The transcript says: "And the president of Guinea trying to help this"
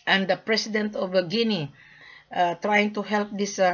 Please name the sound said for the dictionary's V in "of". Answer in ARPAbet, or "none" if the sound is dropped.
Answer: B